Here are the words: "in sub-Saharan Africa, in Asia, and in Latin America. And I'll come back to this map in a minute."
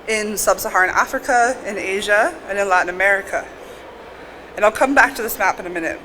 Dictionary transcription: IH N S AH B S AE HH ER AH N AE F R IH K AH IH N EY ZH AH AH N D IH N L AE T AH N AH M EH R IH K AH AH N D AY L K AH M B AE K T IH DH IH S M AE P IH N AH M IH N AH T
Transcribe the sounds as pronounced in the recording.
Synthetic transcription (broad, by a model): IH N S AH B S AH HH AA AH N AE F R IH K AH IH N EY ZH AH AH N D IH N L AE T N AH M EH R IH K AH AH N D AY L K AH M B AE K T IH DH IH S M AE P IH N AH M IH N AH T